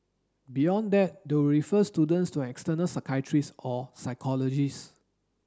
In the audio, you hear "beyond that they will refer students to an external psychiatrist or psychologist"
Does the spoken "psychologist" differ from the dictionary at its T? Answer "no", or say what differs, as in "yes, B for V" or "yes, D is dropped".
yes, T is dropped